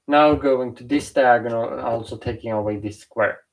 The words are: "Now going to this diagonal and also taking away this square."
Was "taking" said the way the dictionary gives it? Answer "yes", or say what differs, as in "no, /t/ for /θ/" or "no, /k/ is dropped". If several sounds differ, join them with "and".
yes